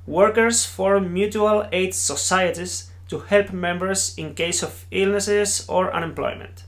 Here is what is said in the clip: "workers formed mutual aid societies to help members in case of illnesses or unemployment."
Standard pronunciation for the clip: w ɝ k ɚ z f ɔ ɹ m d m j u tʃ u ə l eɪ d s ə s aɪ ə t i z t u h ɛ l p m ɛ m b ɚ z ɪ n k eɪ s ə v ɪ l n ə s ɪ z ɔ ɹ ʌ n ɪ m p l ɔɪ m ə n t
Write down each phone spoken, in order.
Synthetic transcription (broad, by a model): w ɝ k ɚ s f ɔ ɹ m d m j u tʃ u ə l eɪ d s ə s aɪ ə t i s t u h ɛ l p m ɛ m b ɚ s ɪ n k eɪ s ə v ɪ l n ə s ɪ s ɔ ɹ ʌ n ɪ m p l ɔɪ m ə n t